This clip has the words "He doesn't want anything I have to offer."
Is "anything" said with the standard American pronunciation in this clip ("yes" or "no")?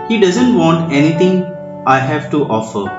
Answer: no